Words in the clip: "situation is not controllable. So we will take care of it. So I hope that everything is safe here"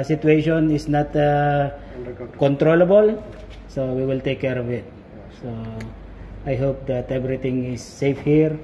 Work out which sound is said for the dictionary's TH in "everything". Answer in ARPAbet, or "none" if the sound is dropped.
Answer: T